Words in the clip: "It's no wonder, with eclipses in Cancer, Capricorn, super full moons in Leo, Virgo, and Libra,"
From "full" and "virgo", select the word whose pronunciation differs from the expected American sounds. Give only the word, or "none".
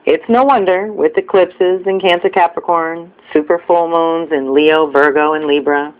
none